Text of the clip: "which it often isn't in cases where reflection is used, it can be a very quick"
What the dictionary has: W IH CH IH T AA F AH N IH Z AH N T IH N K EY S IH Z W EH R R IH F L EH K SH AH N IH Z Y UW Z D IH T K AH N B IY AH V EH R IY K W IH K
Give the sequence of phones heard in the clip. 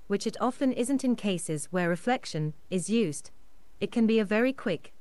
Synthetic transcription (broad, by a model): W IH CH IH T AA F AH N IH Z AH N T IH N K EY S IH Z W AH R R IH F L EH K SH AH N IH Z Y UW Z D IH T K AH N B IY AH V EH R IY K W IH K